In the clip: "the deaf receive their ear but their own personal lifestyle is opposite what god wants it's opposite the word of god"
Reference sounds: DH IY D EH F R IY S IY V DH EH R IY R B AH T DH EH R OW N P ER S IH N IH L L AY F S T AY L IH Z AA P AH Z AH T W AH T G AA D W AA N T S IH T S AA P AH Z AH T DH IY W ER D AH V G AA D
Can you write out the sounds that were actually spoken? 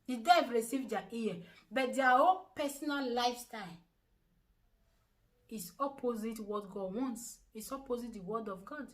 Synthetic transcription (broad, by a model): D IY D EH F R IY S IY V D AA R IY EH B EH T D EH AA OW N P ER S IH N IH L L AY F S T AY L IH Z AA P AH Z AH T W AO T G AA D W AA N T S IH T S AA P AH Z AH T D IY W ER D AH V G AA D